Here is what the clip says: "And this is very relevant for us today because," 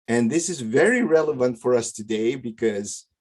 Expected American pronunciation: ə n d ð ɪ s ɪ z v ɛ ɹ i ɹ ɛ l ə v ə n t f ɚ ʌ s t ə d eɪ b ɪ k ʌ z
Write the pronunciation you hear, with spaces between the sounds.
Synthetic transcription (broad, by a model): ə n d ð ɪ s ɪ z v ɛ ɹ i ɹ ɛ l ə v ə n t f ɚ ʌ s t ə d eɪ b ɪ k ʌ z